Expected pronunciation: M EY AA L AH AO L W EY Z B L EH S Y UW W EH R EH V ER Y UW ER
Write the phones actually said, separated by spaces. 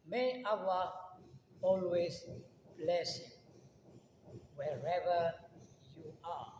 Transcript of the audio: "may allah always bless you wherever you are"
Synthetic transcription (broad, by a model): M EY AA W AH AO L W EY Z B L EH S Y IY W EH R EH V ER Y UW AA